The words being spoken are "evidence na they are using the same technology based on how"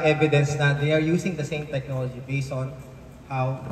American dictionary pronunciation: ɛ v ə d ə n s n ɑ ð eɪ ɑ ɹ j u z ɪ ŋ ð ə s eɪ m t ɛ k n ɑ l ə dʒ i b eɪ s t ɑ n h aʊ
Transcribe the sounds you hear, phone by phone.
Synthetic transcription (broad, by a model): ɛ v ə d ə n s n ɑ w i ɑ ɹ j u s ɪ ŋ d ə s eɪ m t ɛ k n ɑ l ə dʒ i b eɪ s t ɑ n h aʊ